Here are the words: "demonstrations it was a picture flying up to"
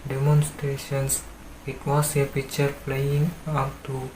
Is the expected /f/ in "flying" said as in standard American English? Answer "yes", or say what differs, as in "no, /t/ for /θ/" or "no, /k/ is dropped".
no, /p/ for /f/